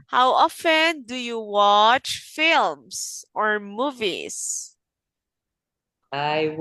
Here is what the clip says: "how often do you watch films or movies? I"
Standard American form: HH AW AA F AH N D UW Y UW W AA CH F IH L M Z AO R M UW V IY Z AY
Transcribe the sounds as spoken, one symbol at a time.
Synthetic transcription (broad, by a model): HH AW AA F AH N D UW Y UW W AA CH F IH L M S AO R M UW V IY S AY